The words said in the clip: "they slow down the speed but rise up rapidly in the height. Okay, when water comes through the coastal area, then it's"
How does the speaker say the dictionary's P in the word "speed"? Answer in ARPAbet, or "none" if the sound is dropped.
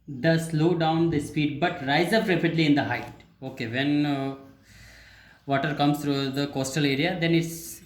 F